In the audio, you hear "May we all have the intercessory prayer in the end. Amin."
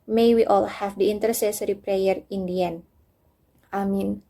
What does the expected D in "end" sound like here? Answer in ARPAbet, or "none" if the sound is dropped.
none